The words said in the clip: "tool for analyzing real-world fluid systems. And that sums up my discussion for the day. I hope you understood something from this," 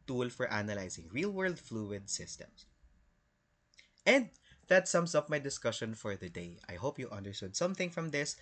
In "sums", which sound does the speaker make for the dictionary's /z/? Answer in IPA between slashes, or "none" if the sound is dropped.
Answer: /s/